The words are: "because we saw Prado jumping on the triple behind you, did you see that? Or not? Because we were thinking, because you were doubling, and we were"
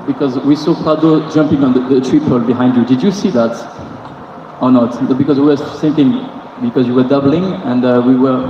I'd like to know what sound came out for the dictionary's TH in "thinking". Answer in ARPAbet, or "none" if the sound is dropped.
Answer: S